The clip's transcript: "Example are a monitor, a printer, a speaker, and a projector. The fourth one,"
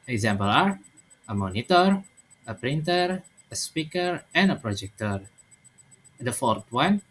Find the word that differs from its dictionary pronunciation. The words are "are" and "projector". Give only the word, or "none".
none